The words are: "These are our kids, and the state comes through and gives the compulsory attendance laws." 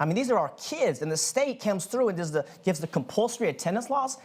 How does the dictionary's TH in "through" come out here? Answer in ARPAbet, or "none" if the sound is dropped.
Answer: TH